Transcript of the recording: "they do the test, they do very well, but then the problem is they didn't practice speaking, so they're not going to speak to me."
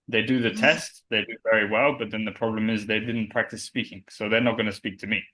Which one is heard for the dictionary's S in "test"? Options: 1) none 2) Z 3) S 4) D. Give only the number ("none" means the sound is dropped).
3